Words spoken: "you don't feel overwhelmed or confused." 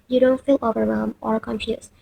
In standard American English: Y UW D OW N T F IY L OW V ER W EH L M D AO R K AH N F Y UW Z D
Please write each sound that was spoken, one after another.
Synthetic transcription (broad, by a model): Y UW D OW N T F IY L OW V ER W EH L M AO R K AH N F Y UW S